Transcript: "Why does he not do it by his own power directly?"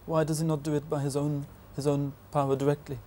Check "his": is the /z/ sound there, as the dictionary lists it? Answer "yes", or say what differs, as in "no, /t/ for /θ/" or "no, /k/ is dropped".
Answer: yes